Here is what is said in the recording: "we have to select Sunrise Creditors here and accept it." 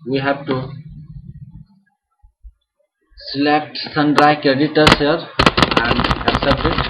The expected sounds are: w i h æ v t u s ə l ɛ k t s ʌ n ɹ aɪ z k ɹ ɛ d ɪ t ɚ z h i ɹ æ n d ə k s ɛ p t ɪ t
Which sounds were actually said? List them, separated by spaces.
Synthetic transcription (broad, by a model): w i h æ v t u s ə l ɛ k t s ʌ n ɹ aɪ k ɹ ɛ d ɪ t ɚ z h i ɹ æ n d ə k s ɛ p t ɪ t